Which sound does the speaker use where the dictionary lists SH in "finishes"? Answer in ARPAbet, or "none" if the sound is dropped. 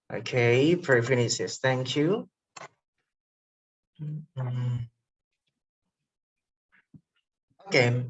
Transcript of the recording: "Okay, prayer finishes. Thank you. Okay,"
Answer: S